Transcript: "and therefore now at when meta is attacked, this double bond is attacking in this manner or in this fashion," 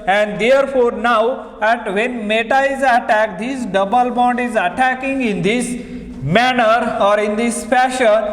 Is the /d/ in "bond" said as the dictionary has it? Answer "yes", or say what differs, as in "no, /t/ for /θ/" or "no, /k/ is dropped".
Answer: yes